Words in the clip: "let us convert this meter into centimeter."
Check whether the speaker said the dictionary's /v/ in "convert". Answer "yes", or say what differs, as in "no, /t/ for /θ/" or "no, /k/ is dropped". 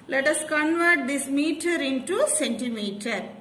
yes